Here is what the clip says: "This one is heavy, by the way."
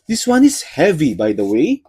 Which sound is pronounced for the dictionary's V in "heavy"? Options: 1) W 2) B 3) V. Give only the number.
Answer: 3